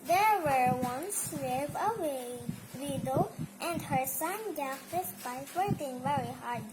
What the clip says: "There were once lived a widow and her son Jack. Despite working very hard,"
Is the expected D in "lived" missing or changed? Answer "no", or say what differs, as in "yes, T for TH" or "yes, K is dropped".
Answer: yes, D is dropped